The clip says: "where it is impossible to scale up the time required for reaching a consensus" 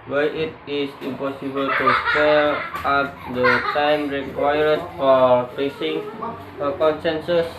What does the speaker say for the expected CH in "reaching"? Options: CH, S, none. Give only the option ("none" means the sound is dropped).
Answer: S